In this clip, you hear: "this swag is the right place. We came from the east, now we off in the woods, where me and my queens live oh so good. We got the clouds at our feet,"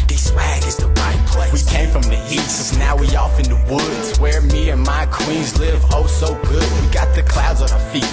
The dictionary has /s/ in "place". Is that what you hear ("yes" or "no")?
no